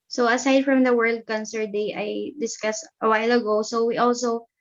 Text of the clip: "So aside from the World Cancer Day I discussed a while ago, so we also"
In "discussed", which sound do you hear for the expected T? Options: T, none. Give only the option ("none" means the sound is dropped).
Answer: T